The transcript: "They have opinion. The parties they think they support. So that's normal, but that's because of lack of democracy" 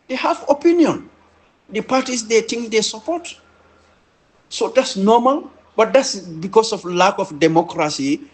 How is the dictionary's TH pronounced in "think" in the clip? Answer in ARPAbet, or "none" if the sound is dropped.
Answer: T